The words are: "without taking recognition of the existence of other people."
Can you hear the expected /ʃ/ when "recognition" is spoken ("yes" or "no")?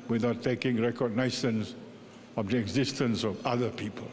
no